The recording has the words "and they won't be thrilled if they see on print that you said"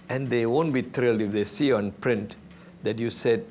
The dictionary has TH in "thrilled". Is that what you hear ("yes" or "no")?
no